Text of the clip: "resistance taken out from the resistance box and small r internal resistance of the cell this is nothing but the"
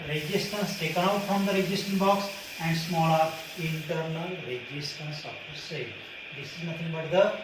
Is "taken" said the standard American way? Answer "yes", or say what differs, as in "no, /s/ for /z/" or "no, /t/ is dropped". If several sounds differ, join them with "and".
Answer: no, /n/ is dropped